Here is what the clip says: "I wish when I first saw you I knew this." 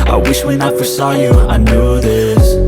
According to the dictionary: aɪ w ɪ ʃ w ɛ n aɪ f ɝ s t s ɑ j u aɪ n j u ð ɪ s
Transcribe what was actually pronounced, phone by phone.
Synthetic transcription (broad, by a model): aɪ w ɪ ʃ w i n aɪ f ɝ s s ɑ j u aɪ n j u ð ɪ s